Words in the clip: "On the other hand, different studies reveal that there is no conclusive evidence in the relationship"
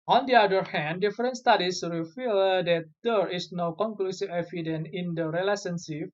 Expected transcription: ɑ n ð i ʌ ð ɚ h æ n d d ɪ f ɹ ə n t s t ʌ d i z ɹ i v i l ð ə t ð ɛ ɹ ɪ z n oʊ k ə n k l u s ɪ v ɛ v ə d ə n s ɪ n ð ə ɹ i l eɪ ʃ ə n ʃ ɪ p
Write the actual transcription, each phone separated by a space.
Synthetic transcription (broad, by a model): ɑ n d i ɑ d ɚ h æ n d d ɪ f ɹ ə n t s t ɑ d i s ɹ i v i l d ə t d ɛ ɹ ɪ s n oʊ k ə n k l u s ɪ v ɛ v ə d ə n ɪ n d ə ɹ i l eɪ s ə n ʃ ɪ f